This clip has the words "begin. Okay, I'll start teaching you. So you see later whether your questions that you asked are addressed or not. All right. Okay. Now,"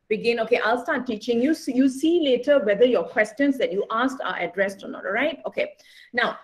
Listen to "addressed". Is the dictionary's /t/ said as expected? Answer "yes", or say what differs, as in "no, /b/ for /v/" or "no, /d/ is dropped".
yes